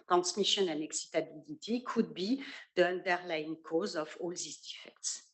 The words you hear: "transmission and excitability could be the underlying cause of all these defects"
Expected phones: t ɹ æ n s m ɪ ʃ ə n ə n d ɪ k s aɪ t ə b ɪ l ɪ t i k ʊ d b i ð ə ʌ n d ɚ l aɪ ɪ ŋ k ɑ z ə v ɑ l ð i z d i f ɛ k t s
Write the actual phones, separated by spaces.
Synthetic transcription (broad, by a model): t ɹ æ n s m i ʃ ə n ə n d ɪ k s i t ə b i l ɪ t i k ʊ d b i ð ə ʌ n d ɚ l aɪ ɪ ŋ k ɑ z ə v ɑ l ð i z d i f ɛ k t s